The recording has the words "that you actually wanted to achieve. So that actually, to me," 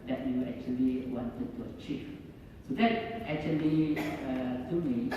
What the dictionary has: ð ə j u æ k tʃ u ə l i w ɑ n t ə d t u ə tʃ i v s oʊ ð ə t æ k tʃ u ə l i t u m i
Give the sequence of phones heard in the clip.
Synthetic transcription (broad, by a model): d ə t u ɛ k tʃ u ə l i w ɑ n t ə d t u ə tʃ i f s oʊ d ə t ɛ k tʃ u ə l i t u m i